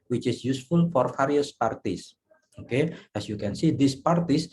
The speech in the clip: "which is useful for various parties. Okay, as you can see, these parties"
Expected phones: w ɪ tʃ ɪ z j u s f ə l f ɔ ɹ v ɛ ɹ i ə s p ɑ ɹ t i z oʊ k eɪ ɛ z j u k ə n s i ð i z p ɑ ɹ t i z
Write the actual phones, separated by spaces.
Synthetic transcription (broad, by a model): w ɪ tʃ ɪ s j u s f ə l f ɔ ɹ f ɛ ɹ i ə s p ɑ ɹ t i s oʊ k eɪ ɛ s j u k ə n s i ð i s p ɑ ɹ t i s